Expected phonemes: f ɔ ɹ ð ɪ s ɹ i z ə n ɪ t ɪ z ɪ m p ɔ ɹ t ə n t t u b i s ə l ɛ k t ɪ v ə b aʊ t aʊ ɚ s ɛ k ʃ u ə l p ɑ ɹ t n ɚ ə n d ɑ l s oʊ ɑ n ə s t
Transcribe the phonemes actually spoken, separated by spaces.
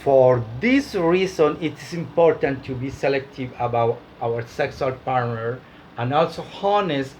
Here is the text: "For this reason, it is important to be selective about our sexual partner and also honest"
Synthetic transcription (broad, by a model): f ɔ ɹ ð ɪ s ɹ i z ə n ɪ t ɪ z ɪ m p ɔ ɹ t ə n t t u b i s ə l ɛ k t ɪ v ə b aʊ t aʊ ɚ s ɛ k s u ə l p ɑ ɹ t n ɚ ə n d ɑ l s oʊ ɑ n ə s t